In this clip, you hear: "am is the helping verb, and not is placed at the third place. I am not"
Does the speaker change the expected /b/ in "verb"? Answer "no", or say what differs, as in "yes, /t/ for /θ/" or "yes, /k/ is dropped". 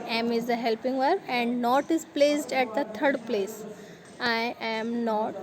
yes, /b/ is dropped